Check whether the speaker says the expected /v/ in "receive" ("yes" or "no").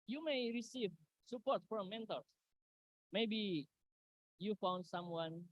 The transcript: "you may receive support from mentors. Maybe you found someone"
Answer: yes